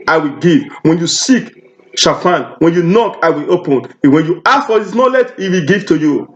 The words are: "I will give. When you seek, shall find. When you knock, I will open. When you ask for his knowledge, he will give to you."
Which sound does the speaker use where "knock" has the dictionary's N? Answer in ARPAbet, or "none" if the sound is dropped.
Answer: N